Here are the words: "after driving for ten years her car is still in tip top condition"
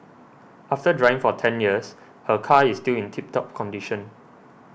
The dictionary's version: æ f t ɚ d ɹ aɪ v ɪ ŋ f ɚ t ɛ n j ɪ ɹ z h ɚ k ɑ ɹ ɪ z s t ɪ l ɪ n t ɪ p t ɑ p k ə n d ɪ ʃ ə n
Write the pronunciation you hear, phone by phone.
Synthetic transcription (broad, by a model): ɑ f t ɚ d ɹ aɪ ɪ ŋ f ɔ t ɛ n j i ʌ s h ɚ k ɑ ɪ s t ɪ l ɪ n t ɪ p t ɑ p k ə n d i ʃ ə n